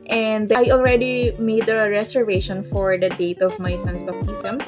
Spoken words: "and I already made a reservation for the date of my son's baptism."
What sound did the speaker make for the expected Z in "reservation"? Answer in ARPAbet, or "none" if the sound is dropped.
S